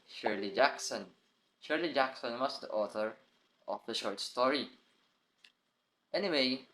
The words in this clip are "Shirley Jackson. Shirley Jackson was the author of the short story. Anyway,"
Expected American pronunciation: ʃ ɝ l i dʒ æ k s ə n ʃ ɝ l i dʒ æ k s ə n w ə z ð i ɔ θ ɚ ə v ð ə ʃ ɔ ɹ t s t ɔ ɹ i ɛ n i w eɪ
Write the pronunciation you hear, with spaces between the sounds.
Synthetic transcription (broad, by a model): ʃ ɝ l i dʒ æ k s ə n ʃ ɝ l i dʒ æ k s ə n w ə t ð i ɔ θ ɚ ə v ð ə ʃ ɔ ɹ t s t ɔ ɹ i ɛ n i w eɪ